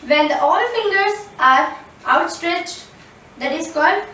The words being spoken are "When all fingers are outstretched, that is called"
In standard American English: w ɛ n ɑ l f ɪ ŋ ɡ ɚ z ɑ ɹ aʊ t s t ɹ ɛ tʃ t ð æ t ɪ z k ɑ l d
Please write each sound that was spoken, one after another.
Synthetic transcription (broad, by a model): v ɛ n ɑ l f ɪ ŋ ɡ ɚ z ɑ ɹ aʊ t s t ɹ ɛ tʃ t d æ t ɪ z k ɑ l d